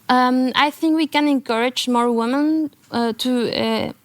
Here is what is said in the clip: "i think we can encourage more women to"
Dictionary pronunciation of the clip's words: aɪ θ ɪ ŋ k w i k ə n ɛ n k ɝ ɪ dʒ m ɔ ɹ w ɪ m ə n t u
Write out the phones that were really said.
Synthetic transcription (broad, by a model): aɪ θ ɪ ŋ k w i k ə n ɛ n k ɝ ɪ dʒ m ɔ ɹ w ɪ m ə n t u